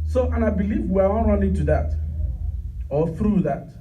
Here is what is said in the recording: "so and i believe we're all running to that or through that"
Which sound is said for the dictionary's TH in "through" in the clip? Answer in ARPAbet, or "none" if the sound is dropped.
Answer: TH